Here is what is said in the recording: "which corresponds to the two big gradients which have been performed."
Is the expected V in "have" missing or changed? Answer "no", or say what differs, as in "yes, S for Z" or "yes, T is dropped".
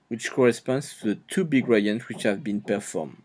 no